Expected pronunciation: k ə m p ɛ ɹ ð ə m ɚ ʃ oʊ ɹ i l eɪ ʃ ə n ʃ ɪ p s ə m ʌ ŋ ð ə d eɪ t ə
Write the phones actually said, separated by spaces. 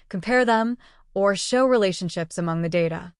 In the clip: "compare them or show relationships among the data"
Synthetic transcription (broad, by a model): k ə m p ɛ ɹ ð ə m ɚ ʃ oʊ ɹ i l eɪ ʃ ə n ʃ ɪ p s ə m ʌ ŋ ð ə d eɪ t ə